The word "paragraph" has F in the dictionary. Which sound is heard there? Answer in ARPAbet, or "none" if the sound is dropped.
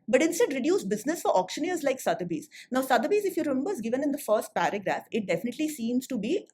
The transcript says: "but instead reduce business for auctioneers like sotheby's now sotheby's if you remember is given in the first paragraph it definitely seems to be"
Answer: F